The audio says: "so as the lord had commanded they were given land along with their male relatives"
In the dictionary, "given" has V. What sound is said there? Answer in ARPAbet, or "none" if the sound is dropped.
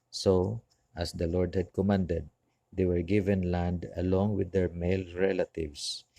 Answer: V